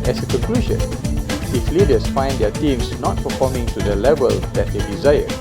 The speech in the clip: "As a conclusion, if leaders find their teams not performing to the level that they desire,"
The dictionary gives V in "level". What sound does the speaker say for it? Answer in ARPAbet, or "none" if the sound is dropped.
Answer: V